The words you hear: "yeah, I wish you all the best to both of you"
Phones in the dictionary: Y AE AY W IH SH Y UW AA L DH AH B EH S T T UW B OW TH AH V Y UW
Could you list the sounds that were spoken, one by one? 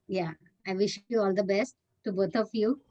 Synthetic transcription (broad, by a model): Y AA AY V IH SH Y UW AA L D AH B EH S T T UW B OW T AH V Y UW